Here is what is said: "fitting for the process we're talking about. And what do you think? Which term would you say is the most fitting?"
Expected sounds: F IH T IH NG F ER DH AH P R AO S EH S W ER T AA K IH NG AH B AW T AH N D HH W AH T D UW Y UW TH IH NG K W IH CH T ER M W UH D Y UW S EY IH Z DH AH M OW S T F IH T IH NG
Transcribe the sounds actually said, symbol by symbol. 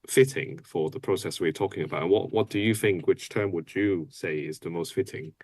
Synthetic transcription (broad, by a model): F IH T IH NG F ER DH AH P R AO S EH S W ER T AA K IH NG AH B AW T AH N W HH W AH T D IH Y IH TH IH NG K W IH CH T ER M W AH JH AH S EY IH Z DH AH M OW S T F IH T IH NG